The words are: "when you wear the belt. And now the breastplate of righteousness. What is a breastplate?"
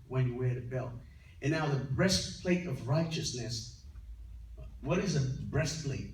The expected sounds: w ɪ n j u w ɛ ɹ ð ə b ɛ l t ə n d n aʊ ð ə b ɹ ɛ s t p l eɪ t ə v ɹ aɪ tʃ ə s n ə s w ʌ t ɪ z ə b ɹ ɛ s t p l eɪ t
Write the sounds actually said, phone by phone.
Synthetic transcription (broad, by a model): w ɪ n j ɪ w ɛ ɹ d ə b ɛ l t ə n n aʊ ð ə b ɹ ɛ s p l eɪ t ə v ɹ aɪ tʃ ə s n ə s w ʌ t ɪ z ə b ɹ ɛ s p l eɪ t